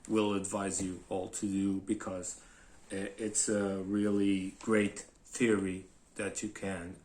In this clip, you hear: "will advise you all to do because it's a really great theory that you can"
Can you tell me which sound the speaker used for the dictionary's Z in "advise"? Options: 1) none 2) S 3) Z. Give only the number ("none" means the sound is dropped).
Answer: 3